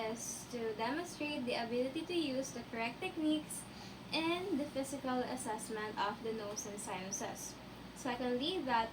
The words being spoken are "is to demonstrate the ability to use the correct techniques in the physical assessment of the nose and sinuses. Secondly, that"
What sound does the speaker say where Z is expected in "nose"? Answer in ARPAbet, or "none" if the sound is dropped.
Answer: S